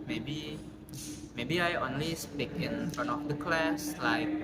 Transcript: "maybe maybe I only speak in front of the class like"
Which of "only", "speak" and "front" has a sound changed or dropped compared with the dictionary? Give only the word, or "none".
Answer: front